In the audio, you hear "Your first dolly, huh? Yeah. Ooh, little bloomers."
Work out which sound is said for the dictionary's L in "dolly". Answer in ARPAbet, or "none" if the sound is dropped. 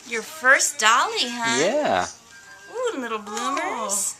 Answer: L